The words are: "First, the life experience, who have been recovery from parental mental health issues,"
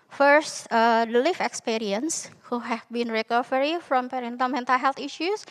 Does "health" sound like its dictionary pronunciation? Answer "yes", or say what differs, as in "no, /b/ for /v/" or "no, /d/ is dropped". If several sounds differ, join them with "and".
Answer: no, /t/ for /θ/